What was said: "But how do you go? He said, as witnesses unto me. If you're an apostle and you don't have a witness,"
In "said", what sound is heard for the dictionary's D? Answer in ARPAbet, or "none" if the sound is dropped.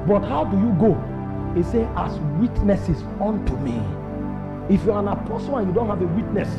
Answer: none